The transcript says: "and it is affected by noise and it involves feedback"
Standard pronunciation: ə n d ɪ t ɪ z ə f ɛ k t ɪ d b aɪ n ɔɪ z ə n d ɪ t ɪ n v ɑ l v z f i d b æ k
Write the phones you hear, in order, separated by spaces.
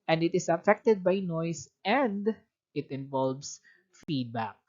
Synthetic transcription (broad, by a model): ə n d ɪ t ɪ s ə f ɛ k t ɪ d b aɪ n ɔɪ s ə n d ɪ t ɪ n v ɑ l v s f i d b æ k